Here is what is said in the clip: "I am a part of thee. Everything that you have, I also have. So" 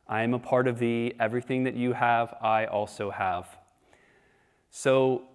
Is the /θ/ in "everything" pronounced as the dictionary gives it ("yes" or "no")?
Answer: yes